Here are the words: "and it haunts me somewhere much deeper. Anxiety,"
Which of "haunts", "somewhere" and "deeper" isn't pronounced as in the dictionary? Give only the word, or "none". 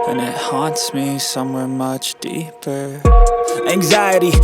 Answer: none